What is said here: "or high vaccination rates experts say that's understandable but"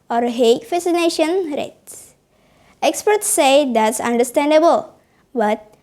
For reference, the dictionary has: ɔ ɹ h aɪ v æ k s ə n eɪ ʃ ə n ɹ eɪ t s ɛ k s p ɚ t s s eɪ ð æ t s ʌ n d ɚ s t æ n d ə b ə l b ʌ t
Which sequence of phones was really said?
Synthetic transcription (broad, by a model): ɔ ɹ h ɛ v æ s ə n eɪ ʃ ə n ɹ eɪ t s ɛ k s p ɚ t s s eɪ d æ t s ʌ n d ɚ s t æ n d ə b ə l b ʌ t